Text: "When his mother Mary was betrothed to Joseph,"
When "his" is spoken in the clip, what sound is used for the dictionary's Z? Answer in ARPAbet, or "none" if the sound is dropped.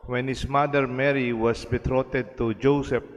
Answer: S